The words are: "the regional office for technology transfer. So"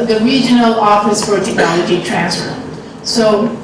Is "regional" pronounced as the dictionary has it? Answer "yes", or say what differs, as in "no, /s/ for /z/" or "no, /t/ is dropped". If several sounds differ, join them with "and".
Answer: yes